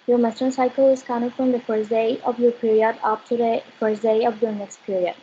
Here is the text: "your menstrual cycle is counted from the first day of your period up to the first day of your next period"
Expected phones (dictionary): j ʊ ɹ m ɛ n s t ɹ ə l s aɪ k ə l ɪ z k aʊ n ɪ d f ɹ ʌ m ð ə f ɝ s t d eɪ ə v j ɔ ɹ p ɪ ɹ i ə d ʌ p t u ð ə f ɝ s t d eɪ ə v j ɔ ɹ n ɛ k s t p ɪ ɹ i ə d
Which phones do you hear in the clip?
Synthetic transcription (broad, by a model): j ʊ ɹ m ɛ s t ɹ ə n s aɪ k ə l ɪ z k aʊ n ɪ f ɹ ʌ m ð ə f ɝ s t d eɪ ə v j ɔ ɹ p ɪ ɹ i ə d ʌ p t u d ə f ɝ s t d eɪ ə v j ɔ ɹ n ɛ k s t p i ɹ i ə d